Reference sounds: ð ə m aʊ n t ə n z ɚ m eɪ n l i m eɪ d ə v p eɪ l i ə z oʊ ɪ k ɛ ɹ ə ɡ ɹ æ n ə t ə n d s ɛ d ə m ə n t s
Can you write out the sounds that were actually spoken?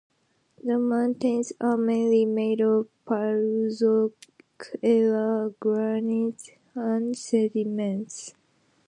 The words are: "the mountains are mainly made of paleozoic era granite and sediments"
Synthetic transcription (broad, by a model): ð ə m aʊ n t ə n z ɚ m eɪ n l i m eɪ d ə v p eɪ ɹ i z oʊ k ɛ l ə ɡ ɹ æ n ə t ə n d s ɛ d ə m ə n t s